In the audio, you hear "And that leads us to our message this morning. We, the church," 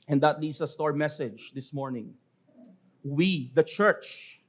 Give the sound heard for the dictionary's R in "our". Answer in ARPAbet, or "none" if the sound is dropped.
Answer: R